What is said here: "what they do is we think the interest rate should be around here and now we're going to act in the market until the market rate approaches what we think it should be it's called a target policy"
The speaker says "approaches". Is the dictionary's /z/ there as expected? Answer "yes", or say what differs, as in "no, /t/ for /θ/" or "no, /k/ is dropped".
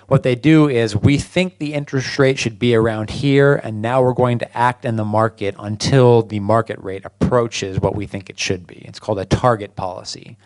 yes